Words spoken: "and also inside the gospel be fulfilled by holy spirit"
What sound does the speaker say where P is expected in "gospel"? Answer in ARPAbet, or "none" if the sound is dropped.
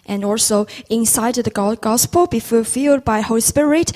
P